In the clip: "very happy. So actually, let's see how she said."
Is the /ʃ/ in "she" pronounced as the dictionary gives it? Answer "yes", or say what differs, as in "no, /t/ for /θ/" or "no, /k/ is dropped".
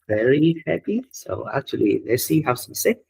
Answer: no, /s/ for /ʃ/